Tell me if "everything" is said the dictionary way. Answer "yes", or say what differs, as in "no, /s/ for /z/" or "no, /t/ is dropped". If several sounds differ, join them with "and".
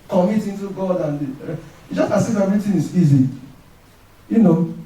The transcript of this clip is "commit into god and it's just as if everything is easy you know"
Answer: no, /t/ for /θ/